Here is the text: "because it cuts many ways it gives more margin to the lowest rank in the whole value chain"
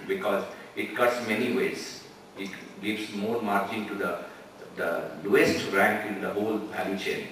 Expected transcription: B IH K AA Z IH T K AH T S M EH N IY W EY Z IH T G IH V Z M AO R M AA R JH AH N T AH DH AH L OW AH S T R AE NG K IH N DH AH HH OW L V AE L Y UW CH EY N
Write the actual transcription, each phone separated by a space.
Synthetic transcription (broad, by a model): B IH K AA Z IH T K AH T S M EH N IY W EY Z IH T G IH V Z M AO R M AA R CH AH N T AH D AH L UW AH S T R AE NG K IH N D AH HH OW L P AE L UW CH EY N